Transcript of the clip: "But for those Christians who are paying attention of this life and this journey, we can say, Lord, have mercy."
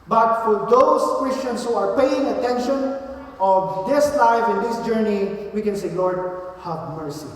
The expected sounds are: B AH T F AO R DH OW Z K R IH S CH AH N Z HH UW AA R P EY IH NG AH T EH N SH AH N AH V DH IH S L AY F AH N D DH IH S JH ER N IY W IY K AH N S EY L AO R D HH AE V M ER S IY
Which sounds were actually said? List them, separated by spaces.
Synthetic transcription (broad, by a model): B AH T F AO R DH OW S K R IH S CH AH N S HH UW AA R P EY IH NG AH T EH N SH AH N AH V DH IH S L AY F AH N D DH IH S JH ER N IY W IY K AH N S EY L AO R D HH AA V M ER S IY